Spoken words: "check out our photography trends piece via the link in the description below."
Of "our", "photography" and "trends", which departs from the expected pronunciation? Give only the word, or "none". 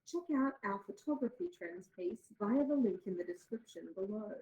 our